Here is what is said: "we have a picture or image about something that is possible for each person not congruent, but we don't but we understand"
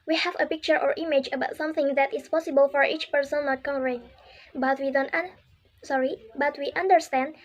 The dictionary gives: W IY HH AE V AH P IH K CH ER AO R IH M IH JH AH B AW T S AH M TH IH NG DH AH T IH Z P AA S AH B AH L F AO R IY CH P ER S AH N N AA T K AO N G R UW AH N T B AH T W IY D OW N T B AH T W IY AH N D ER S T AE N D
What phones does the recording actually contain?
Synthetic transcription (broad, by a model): W IY HH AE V AH P IH K CH ER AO R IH M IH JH AH B AW T S AH M TH IH NG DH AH T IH S P AA S AH B AH L F AO R IY CH P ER S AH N N AA T K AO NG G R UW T B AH T W IY D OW N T B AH T W IY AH N D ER S T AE N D